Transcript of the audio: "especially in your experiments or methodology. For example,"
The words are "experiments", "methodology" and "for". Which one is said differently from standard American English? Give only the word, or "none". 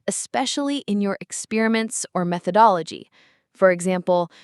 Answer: none